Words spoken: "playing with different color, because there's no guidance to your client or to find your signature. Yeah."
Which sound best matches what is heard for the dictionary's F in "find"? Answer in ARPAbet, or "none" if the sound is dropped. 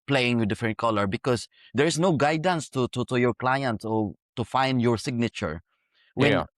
F